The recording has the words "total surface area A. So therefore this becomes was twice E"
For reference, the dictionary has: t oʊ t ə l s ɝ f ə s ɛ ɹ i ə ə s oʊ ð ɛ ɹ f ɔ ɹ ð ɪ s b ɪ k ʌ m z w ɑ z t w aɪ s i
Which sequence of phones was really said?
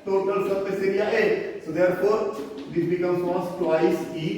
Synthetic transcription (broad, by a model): t oʊ t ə l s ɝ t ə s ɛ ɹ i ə ə s oʊ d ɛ ɹ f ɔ ɹ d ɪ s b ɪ k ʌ m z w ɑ s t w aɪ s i